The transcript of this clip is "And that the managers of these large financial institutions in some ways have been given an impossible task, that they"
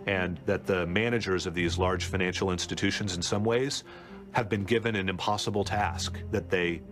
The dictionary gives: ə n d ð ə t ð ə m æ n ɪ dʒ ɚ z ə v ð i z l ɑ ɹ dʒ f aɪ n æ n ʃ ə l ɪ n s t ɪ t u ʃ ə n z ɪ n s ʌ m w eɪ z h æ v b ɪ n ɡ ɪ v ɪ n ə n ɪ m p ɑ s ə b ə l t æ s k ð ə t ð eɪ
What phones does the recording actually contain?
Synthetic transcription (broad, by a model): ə n ð ə t ð ə m æ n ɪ dʒ ɚ z ə v ð i z l ɑ ɹ dʒ f aɪ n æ n ʃ l ɪ n s t ɪ t u ʃ ə n z ɪ n s ʌ m w eɪ z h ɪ v b ɪ n ɡ ɪ v ɪ n ə n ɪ m p ɑ s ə b l t æ s k ð ə t ð eɪ